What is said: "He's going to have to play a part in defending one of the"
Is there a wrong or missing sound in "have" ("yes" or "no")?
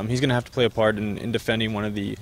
yes